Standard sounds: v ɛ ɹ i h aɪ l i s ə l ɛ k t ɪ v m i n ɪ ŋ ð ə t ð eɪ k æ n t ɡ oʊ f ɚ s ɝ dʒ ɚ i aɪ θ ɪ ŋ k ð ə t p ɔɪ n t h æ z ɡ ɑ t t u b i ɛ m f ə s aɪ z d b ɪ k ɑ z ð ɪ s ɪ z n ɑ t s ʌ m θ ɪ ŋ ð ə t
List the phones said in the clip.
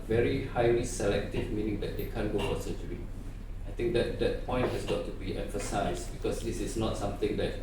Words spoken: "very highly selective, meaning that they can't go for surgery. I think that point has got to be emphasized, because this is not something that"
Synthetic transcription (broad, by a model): v ɛ ɹ i h aɪ l i s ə l ɛ k t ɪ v m i n ɪ ŋ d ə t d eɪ k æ n ɡ oʊ f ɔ s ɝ tʃ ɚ i aɪ t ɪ ŋ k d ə t p ɔɪ n t h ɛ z ɡ ɑ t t u b i ɛ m f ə s aɪ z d b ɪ k ɑ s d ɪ s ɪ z n ɑ t s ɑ m t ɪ ŋ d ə t